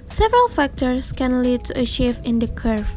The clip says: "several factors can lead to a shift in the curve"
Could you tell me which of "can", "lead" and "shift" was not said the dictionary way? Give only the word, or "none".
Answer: shift